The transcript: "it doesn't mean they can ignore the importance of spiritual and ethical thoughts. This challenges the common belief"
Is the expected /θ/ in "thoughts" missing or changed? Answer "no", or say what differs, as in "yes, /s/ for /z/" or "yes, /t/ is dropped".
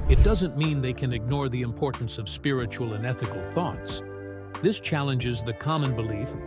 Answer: no